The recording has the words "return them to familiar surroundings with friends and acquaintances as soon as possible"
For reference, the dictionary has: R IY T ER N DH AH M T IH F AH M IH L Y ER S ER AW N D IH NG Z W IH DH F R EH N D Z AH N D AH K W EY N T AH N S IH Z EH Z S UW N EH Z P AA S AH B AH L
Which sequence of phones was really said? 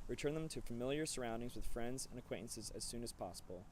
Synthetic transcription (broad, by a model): R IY T ER N DH AH M T IH F AH M IH L Y ER S ER AW N D IH NG Z W IH DH F R EH N D Z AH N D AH K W EY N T N S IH Z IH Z S UW N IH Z P AA S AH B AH L